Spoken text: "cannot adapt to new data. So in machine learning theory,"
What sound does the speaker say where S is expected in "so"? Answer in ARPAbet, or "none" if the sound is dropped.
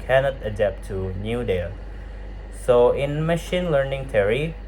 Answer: S